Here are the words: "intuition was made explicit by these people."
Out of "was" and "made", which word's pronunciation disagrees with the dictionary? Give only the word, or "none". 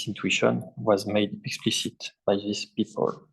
none